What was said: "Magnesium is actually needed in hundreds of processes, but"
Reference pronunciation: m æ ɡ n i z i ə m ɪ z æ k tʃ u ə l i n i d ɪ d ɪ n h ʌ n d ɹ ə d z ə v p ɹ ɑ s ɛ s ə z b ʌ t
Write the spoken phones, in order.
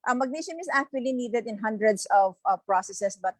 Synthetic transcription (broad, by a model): m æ ɡ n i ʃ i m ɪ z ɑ k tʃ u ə l i n i d ɪ d ɪ n h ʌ n d ɹ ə d s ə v p ɹ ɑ s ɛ s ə s b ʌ t